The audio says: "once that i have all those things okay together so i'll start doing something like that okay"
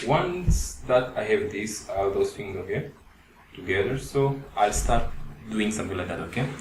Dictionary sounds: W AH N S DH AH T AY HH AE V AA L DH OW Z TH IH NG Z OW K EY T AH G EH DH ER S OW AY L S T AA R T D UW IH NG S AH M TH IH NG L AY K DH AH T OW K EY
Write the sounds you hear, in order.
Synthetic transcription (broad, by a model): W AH N S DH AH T AY HH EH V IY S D OW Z T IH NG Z OW K EY T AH G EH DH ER S OW AY L S T AA R T D UW IH NG S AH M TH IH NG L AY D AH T OW K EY